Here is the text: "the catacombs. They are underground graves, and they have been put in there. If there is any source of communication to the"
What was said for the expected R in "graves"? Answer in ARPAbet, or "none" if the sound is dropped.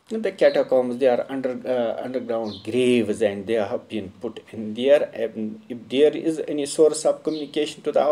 R